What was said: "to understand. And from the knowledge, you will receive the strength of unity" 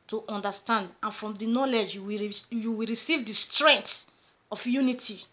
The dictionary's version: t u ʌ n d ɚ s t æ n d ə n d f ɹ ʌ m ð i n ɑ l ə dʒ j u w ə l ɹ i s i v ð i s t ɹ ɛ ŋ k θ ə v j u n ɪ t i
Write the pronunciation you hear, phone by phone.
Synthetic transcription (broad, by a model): t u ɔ n d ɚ s t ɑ n d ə n f ɹ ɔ m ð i n ɑ l ə dʒ j u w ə w ɹ i s i v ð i s t ɹ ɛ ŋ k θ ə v j u n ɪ t i